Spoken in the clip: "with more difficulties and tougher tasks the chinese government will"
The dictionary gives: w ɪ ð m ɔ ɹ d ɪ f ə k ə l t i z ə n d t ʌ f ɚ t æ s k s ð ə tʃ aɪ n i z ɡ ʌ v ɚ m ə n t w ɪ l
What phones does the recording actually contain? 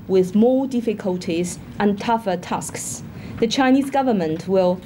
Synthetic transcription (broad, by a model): w ɪ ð m ɔ d ɪ f ə k ə l t i z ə n t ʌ f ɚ t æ s k s ð ə tʃ aɪ n i z ɡ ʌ v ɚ m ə n t w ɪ l